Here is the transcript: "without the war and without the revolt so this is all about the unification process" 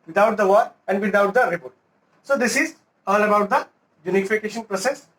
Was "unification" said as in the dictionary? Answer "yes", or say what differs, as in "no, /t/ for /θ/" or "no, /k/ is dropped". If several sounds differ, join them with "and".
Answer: yes